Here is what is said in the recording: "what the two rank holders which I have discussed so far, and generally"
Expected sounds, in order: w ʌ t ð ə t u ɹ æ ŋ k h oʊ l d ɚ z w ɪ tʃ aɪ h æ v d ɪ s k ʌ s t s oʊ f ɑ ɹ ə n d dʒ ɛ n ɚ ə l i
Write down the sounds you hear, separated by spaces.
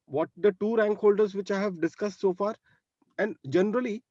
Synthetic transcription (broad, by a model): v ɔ t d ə t u ɹ æ ŋ k h oʊ l d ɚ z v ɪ tʃ aɪ h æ v d ɪ s k ʌ s t s oʊ f ɑ ɹ ə n d dʒ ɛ n ɚ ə l i